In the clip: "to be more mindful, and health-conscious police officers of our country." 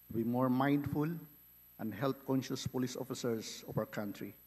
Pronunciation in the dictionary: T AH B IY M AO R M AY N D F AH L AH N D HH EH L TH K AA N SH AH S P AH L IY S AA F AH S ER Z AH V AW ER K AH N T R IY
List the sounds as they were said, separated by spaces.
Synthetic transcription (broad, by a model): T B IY M AO R M AY N D F AH L AH N D HH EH L T K AA N SH AH S P AH L IY S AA F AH S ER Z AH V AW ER K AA N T R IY